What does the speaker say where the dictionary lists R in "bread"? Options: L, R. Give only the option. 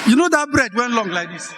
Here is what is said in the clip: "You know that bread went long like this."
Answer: R